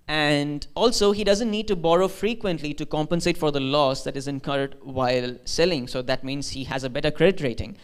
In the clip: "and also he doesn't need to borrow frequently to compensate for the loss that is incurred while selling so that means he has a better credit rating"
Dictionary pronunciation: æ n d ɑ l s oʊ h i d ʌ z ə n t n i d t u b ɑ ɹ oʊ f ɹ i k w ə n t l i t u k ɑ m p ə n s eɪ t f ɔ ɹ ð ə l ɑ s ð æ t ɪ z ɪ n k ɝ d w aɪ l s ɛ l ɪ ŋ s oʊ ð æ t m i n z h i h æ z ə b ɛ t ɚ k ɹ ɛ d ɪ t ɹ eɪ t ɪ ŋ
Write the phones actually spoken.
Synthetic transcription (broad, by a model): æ n d ɑ l s oʊ h i d ʌ z ə n t n i d t u b ɑ ɹ oʊ f ɹ i k w ə n t l i t u k ɑ m p ə n s eɪ t f ɔ ɹ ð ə l ɑ s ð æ t ɪ z ɪ n k ɝ d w aɪ l s ɛ l ɪ ŋ s oʊ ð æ t m i n z h i h æ z ə b ɛ t ɚ k ɹ ɛ d ɪ t ɹ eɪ t ɪ ŋ